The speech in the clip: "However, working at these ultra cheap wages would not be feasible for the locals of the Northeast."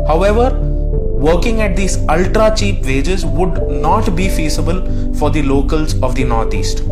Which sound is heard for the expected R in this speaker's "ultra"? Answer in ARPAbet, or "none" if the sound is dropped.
R